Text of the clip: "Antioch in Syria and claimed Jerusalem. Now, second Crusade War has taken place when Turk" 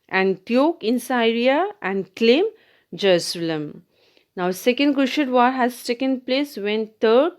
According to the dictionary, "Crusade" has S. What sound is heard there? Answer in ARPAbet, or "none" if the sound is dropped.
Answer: SH